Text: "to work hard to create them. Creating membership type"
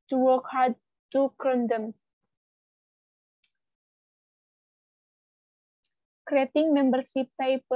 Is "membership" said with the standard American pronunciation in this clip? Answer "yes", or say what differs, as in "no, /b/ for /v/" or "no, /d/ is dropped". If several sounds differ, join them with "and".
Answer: no, /s/ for /ʃ/